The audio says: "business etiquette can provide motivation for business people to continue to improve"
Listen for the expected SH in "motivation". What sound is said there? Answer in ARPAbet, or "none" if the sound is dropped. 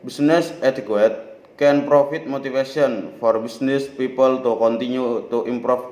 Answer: S